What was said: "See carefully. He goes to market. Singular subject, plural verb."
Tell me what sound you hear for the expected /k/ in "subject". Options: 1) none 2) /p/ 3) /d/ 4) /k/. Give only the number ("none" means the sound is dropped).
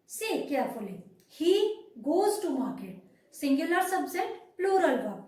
1